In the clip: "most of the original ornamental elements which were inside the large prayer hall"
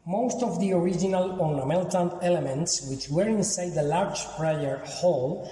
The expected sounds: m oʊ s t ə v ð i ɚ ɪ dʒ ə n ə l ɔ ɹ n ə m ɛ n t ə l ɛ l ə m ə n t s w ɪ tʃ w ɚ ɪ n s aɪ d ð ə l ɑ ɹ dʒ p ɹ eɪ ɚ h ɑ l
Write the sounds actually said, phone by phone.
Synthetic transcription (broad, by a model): m oʊ s t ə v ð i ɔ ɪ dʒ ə n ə l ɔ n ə m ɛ l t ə n ɛ l ə m ə n t s w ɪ tʃ w ɚ ɪ n s aɪ d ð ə l ɑ ɹ dʒ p ɹ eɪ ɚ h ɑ l